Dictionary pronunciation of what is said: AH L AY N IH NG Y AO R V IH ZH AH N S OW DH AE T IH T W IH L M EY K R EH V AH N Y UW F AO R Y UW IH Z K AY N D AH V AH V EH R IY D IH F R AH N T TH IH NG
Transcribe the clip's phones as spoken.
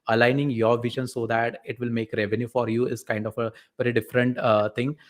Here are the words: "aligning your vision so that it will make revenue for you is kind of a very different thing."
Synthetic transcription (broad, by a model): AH L AY N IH NG Y AO R V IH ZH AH N S OW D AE T IH T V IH L M EY K R EH V AH N Y UW F AO R Y UW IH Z K AY N D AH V AH V EH R IY D IH F R AH N T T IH NG